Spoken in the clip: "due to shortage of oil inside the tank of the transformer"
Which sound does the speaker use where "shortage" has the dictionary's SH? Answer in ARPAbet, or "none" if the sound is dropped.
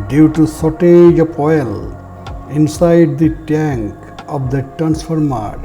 S